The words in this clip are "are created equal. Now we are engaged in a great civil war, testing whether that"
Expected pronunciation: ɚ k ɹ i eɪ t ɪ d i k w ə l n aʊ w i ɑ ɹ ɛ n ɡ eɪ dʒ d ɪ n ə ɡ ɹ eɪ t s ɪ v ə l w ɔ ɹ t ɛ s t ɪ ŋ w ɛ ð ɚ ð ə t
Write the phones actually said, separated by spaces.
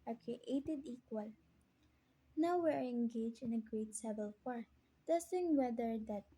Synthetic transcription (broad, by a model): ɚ k ɹ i eɪ t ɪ d i k w ə l n aʊ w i ɑ ɹ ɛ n ɡ eɪ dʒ ɪ n ə ɡ ɹ eɪ t s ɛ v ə l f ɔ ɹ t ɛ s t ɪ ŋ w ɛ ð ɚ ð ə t